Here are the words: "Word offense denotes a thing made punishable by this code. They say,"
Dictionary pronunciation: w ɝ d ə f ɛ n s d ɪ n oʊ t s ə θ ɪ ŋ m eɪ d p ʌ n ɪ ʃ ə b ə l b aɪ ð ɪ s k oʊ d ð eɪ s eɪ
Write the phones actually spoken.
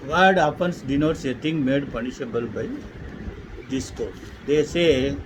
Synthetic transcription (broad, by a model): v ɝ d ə p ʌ n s d ɪ n oʊ t s ə t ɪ ŋ m eɪ d p ʌ n ɪ ʃ ə b ə l b aɪ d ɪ s k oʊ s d eɪ s eɪ